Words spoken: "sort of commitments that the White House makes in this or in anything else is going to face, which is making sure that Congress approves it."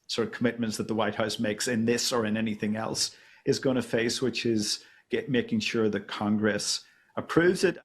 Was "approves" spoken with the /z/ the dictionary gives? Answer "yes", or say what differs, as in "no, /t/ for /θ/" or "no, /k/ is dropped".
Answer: yes